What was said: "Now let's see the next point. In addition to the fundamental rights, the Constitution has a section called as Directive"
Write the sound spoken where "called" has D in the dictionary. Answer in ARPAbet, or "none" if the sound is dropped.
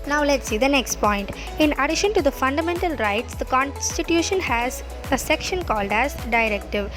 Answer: D